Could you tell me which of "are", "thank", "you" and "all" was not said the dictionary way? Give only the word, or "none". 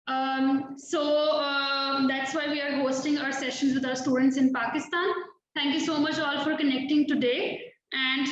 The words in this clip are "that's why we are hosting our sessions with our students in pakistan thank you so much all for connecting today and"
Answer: thank